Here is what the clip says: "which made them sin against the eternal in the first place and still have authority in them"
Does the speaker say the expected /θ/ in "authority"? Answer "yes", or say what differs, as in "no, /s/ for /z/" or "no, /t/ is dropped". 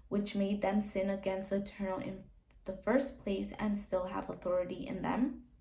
yes